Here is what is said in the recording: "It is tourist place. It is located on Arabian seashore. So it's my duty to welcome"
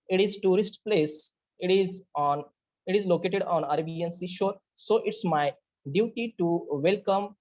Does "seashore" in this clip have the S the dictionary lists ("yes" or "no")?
yes